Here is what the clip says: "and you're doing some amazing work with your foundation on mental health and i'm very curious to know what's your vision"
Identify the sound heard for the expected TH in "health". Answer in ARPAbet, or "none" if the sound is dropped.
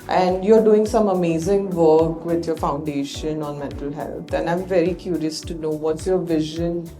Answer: T